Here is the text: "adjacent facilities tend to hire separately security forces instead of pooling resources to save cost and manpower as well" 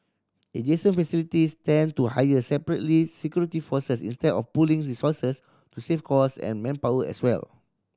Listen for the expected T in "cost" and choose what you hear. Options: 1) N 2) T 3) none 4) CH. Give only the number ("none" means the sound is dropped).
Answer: 3